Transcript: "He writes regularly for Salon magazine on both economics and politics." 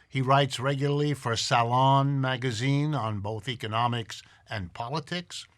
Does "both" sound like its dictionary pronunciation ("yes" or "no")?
yes